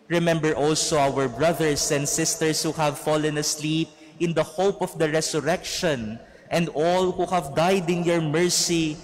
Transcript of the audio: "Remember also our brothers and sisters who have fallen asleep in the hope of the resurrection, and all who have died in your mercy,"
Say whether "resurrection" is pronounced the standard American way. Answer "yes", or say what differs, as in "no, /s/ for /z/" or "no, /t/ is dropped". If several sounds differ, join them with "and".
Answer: no, /s/ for /z/